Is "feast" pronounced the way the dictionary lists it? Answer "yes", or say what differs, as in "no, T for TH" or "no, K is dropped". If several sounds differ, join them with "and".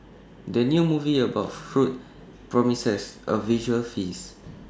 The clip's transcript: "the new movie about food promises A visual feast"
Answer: no, T is dropped